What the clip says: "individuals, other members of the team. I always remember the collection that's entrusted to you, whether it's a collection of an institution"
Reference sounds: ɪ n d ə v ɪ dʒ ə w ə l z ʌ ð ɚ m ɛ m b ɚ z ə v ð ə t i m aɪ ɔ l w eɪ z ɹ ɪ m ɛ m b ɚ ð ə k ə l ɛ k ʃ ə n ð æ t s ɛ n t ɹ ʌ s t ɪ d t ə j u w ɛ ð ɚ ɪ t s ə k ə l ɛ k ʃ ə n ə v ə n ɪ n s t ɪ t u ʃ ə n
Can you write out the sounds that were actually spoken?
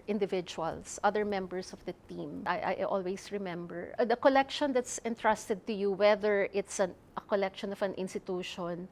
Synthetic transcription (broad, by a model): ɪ n d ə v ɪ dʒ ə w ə l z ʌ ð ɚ m ɛ m b ɚ s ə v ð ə t i m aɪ ɔ l w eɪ s ɹ ɪ m ɛ m b ɚ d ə k ə l ɛ k ʃ ə n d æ t s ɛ n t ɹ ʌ s t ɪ d t ə j u w ɛ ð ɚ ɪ t s ə k ə l ɛ k ʃ ə n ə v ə n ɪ n s t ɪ t u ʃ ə n